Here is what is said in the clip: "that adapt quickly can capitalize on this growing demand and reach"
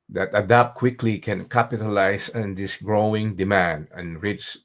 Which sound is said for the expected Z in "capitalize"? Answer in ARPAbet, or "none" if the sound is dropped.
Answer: S